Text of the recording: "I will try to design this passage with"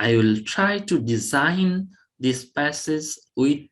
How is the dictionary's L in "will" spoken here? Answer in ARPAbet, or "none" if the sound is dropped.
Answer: L